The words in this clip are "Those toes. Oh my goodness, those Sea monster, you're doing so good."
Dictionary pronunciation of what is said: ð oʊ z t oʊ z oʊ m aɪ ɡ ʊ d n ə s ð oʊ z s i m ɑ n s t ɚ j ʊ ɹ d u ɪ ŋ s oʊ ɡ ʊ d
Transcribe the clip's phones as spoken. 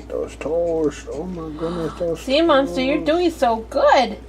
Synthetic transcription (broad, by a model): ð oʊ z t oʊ s oʊ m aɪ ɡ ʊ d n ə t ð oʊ s i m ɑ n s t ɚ j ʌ ɹ d u ɪ ŋ s oʊ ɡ ʊ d